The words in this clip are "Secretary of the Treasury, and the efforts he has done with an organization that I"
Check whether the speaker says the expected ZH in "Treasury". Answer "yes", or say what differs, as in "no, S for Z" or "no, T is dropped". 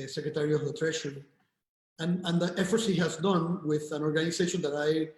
no, SH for ZH